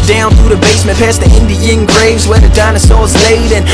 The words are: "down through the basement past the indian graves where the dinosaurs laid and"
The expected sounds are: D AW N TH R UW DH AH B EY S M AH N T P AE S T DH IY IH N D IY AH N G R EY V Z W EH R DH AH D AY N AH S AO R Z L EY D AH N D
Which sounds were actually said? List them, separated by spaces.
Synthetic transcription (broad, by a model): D AW N TH R UW DH AH B EY S M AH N P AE S DH IY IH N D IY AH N G R EY V Z W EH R DH AH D AY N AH S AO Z L EY D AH N